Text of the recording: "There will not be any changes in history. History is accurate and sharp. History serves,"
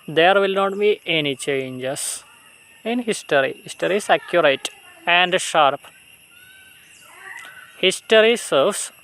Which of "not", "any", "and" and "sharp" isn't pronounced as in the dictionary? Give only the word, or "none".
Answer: none